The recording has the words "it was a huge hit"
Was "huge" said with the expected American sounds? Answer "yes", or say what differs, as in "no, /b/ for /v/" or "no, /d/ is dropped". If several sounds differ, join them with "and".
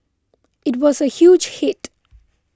yes